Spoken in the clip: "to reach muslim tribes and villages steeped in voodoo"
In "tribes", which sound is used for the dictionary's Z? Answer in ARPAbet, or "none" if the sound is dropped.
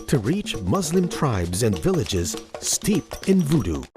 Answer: Z